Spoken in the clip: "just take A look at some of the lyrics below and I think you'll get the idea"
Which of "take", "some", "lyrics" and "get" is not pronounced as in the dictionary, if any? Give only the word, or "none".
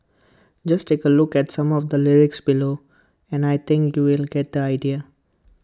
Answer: none